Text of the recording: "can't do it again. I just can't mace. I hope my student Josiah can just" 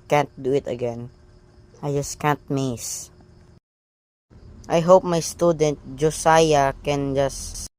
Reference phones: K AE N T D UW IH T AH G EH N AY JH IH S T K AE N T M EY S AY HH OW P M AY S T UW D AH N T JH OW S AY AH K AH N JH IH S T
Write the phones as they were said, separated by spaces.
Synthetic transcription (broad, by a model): K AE N T D UW IH T AH G EH N AY JH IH S K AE N T M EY S AY HH OW P M AY S T UW D AH N T JH OW S AY AH K AH N JH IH S